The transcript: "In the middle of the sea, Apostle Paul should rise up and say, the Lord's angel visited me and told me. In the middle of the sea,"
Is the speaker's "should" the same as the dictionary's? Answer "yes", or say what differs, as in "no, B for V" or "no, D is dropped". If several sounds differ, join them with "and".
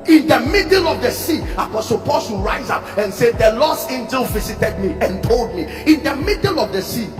no, S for SH